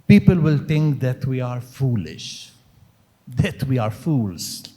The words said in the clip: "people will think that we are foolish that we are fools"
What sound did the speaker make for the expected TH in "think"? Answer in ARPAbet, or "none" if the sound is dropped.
T